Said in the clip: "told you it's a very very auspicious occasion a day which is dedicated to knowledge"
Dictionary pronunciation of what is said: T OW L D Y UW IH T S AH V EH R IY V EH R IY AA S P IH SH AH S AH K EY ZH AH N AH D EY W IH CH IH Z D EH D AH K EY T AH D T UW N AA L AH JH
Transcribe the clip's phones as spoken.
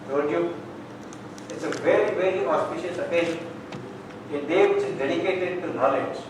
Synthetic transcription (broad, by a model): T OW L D Y UW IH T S AH V EH R IY V EH R IY AA S P IH SH AH S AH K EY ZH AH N AH D EY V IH CH IH Z D EH D AH K EY T AH D T UW N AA L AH JH